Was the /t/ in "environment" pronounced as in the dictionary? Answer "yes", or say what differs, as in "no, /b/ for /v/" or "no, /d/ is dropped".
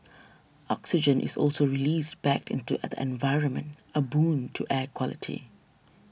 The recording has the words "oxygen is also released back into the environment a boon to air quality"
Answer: yes